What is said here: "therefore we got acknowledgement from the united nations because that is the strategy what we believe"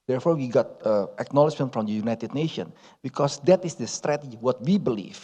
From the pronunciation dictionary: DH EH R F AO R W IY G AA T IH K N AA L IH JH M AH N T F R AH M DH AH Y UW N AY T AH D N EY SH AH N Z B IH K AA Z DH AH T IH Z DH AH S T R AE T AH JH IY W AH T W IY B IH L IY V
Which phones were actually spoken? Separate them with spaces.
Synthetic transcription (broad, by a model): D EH R F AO R W IY G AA T IH K N AA L IH JH M AH N T F R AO M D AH Y UW N AY T AH D N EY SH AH N B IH K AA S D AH T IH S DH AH S T R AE T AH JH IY W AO T W IY B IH L IY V